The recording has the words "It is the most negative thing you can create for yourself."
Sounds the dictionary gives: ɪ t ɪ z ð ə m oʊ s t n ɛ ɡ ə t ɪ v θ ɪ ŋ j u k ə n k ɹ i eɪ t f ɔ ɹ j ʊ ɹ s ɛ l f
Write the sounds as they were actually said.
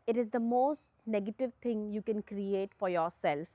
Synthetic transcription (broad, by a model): ɪ t ɪ z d ə m oʊ s t n ɛ ɡ ə t ɪ v t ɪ ŋ j u k ə n k ɹ i eɪ t f ɔ ɹ j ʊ ɹ s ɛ l f